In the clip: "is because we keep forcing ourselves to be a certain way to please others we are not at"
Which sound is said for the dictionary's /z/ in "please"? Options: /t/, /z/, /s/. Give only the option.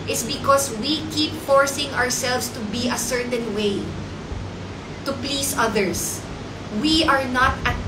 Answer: /s/